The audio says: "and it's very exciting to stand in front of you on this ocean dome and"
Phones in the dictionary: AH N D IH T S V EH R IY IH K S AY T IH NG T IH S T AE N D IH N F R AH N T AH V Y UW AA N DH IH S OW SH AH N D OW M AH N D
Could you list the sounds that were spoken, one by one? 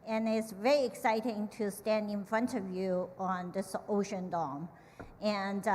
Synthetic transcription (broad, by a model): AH N IH T S V EH R IY IH K S AY T IH NG T IH S T AE N D IH N F R AH N T AH V Y UW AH N DH IH S OW SH AH N D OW M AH N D